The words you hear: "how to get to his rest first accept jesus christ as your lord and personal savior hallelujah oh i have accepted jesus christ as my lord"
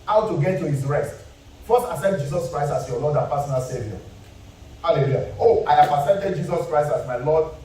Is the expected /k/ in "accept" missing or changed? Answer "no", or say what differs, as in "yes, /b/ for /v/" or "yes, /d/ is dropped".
yes, /k/ is dropped